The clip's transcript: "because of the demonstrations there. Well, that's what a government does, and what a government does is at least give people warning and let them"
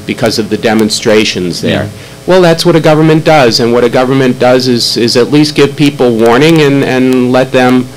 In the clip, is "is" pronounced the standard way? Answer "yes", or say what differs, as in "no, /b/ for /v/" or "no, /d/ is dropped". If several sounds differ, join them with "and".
yes